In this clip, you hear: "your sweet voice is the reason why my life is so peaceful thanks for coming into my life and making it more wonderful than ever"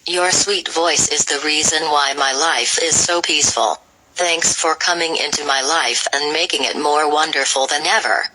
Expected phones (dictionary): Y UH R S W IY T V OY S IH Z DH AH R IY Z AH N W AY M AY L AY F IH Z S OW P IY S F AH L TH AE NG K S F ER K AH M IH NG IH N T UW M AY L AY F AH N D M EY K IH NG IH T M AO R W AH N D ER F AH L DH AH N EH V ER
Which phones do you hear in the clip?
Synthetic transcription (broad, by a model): Y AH R S W IY T V OY S IH Z DH AH R IY Z AH N W AY M AY L AY F IH Z S OW P IY S F AH L TH AE NG K S F ER K AH M IH NG IH N T UW M AY L AY F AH N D M EY K IH NG IH T M AO R W AH N D ER F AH L DH AH N EH V ER